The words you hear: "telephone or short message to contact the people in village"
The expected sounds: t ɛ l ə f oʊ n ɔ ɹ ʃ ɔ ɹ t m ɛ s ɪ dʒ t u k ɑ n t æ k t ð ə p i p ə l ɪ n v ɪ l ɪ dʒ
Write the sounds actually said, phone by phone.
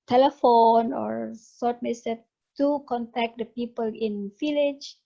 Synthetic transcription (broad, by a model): t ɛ l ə f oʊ n ɔ ɹ s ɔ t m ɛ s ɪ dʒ t u k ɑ n t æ k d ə p i p ə l ɪ n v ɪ l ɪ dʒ